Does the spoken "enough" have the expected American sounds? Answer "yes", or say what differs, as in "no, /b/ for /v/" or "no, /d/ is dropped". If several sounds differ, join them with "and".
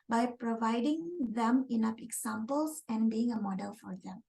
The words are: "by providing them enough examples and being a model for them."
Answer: no, /p/ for /f/